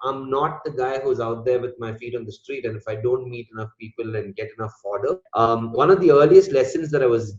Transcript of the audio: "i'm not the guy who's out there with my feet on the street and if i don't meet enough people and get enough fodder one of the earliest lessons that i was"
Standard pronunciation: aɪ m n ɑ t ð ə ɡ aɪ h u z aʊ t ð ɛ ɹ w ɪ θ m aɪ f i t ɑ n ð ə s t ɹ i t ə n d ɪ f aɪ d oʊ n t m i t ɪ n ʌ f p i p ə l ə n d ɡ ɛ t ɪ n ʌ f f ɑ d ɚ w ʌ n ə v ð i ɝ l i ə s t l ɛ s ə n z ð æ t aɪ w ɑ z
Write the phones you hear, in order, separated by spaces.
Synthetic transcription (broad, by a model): aɪ m n ɑ t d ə ɡ aɪ h u z aʊ t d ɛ ɹ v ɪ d m aɪ f i t ɑ n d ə s t ɹ i t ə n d ɪ f aɪ d oʊ n t m i t ɪ n ʌ f p i p ə l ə n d ɡ ɛ t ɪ n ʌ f f ɑ d ɚ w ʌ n ə v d i ɝ l i ə s t l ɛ s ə n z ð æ t aɪ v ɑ z